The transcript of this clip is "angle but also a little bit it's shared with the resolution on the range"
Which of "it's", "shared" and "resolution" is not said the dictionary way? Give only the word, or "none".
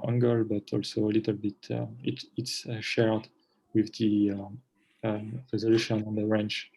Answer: none